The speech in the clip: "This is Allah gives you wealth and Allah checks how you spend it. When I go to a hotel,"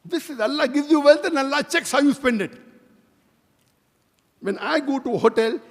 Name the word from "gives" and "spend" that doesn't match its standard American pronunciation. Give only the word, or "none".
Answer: none